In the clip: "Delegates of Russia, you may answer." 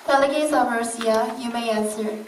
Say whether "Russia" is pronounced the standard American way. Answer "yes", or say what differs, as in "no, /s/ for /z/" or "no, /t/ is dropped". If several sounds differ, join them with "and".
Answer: no, /ʃ/ is dropped